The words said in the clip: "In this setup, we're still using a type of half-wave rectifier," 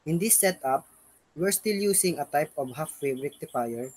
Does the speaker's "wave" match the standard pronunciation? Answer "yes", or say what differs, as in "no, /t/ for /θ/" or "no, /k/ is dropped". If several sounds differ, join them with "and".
no, /b/ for /v/